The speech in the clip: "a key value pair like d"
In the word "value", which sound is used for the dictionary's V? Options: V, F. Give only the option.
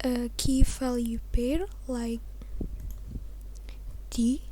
F